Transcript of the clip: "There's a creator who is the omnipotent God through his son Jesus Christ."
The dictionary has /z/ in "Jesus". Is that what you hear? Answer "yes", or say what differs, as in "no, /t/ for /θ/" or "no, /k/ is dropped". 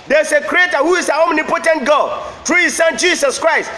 no, /s/ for /z/